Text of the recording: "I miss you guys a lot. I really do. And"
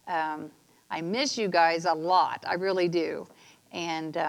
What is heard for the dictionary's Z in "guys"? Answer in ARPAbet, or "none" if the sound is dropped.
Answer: Z